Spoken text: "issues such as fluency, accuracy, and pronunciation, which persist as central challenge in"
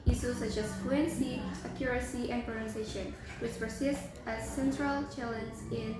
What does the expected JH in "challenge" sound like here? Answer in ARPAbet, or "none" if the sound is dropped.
Z